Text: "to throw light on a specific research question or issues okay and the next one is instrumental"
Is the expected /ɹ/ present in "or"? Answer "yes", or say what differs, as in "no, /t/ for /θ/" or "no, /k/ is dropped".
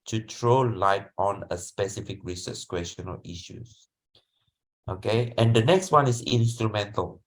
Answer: no, /l/ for /ɹ/